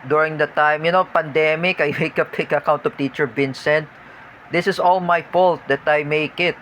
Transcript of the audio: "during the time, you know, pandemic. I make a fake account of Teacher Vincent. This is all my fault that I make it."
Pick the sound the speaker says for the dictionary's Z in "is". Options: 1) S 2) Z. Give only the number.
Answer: 1